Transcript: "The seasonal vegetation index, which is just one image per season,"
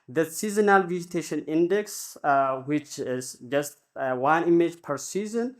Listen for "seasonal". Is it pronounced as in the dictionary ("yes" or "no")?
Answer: yes